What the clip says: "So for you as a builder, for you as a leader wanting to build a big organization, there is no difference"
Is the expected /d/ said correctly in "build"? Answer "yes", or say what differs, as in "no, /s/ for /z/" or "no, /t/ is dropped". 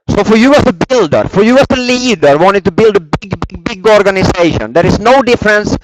yes